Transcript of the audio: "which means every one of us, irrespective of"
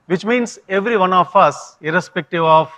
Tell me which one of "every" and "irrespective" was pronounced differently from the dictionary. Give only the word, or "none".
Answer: none